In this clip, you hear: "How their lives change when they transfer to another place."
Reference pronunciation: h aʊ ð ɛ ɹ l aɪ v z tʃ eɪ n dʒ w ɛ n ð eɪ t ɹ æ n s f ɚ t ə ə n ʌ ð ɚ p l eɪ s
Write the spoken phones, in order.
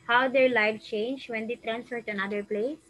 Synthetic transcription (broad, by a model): h aʊ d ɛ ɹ l aɪ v tʃ eɪ n dʒ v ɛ n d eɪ t ɹ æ n s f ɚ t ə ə n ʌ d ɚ p l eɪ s